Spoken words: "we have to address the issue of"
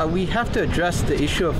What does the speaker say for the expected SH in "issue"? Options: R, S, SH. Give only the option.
SH